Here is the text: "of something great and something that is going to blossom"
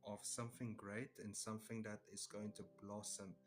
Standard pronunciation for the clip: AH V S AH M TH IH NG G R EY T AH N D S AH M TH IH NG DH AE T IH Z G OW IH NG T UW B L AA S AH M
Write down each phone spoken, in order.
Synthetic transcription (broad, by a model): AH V S AH M TH IH NG G R EY T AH N S AH M TH IH NG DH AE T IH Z G OW IH NG T UW B L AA S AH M